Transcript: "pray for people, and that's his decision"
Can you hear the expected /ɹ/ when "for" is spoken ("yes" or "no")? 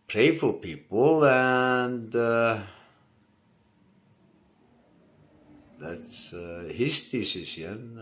no